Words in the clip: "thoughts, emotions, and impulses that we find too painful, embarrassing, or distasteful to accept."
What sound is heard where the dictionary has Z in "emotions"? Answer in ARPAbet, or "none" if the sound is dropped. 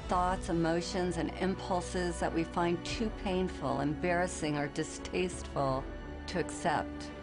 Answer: Z